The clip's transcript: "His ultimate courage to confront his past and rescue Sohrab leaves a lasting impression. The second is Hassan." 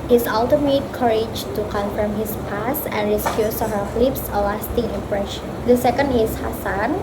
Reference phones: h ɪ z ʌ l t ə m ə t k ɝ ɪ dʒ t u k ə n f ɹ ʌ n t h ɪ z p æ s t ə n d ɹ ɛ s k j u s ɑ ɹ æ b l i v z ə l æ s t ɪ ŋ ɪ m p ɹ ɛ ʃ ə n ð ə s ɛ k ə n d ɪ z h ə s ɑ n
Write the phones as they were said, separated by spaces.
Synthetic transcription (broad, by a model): h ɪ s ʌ l t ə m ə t k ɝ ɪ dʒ t u k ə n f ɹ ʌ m h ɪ s p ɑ s ə n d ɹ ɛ s k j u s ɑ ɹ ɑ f l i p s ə l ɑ s t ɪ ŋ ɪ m p ɹ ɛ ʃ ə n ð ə s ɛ k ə n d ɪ s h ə s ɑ n